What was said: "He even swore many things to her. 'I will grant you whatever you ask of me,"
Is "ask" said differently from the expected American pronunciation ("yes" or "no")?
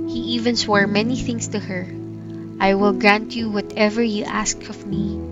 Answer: no